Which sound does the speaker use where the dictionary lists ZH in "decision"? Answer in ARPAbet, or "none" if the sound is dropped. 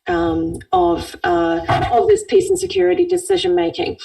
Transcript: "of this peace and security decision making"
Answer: ZH